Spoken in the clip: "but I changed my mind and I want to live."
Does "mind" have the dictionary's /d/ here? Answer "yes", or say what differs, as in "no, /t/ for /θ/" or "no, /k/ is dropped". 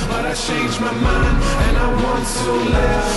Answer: no, /d/ is dropped